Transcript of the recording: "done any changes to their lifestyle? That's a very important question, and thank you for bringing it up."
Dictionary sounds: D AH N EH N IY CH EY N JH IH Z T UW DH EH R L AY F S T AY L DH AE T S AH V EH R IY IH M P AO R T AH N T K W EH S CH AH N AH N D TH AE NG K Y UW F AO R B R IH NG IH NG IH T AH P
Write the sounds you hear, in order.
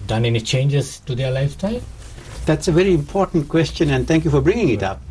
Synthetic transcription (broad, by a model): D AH N EH N IY CH EY N JH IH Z T UW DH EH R L AY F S T AY L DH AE T S AH V EH R IY IH M P AO R T AH N T K W EH S CH AH N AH N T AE NG K Y UW F AO R B R IH NG IH NG IH T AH P